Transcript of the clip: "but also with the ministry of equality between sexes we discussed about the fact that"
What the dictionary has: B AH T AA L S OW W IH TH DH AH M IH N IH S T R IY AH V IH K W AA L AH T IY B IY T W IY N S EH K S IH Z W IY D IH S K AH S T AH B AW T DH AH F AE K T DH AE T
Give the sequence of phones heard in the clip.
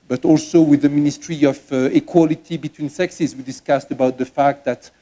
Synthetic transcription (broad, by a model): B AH T AA L S OW W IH DH AH M IH N IH S T R IY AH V IH K W AA L AH T IY B IY T W IY N S EH K S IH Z W IY D IH S K AH S T AH B AW T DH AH F AE K T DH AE T